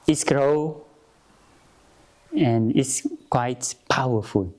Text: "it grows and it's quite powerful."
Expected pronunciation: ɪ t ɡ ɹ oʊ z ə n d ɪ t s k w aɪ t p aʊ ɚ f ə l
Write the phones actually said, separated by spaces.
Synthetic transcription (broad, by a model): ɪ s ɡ ɹ oʊ ə n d ɪ t s k w aɪ t p aʊ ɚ f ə l